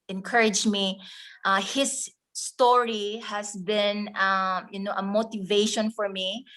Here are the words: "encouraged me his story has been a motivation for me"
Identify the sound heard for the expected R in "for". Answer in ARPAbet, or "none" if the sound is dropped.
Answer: R